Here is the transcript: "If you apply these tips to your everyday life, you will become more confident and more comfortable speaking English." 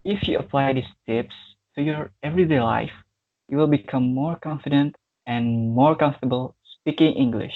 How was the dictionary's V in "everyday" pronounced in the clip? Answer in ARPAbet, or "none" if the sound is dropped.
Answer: V